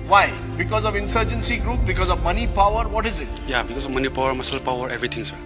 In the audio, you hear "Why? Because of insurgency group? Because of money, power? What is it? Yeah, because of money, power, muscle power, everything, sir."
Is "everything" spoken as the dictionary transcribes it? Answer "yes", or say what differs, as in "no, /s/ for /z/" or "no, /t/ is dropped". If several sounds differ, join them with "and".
no, /t/ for /θ/